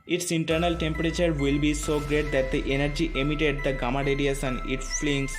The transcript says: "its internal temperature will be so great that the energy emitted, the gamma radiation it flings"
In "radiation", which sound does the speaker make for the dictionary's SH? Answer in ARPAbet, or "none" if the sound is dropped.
S